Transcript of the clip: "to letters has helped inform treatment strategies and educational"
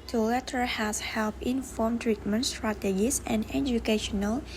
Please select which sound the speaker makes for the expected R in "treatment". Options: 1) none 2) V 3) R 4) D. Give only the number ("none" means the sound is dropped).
3